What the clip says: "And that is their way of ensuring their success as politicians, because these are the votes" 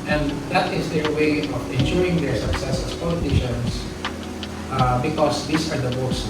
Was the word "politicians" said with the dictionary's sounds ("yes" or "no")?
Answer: no